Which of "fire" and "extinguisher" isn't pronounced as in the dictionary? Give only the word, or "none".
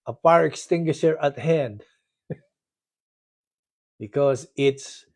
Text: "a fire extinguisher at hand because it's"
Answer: fire